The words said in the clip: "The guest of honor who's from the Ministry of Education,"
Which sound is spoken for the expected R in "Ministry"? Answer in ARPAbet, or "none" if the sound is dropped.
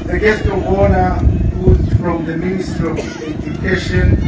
none